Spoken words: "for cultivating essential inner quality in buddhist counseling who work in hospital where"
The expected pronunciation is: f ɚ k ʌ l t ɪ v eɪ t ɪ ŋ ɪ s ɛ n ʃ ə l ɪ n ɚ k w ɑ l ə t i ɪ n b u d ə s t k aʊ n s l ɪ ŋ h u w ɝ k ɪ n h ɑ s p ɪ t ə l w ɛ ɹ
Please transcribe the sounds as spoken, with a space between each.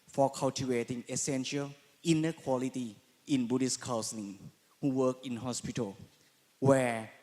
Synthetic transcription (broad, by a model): f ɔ k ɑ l t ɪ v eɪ t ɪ ŋ ɪ s ɛ n ʃ ə l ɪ n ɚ k w ɑ l ə t i ɪ n b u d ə s k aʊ s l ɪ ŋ h u w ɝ k ɪ n h ɑ s p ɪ t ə l w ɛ